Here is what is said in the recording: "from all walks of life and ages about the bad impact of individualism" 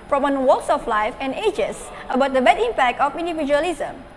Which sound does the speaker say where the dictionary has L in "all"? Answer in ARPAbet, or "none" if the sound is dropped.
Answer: N